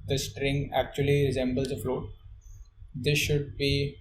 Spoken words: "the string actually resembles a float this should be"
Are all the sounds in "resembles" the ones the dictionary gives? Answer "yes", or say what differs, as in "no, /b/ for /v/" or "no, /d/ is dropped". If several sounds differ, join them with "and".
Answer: yes